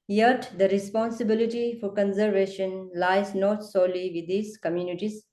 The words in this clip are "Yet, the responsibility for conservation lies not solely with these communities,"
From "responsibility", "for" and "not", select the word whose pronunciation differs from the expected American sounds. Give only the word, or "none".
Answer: none